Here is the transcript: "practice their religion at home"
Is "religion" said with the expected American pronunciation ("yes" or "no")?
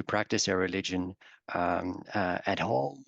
yes